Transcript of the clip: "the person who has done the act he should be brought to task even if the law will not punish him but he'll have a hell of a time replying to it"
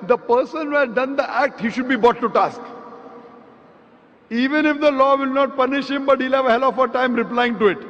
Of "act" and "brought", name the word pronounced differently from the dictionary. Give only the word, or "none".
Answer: brought